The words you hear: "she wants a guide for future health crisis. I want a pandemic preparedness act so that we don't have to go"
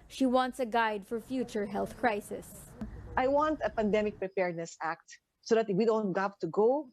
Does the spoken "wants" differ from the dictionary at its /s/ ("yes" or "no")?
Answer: no